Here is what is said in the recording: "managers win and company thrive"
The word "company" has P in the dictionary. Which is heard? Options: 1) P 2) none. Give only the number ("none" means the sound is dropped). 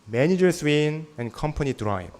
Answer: 1